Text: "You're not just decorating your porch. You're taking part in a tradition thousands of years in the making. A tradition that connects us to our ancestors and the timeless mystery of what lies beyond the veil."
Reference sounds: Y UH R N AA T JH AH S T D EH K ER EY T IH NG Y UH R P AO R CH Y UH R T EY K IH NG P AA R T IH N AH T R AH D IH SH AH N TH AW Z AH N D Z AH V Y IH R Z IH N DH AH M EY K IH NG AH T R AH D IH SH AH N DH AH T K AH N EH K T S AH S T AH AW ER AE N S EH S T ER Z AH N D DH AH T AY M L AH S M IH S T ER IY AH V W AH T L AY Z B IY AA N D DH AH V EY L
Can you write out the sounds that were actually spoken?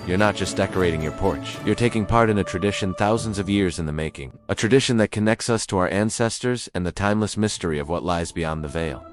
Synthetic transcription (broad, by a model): Y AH R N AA T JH AH S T D EH K ER EY T IH NG Y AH R P AO R CH Y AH R T EY K IH NG P AA R T IH N AH T R AH D IH SH AH N TH AW Z AH N D Z AH V Y IH R Z IH N DH AH M EY K IH NG AH T R AH D IH SH AH N DH AH T K AH N EH K T S AH S T AH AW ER AE N S EH S T ER Z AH N DH AH T AY M L AH S M IH S T ER IY AH V W AH T L AY Z B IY AA N DH AH V EY L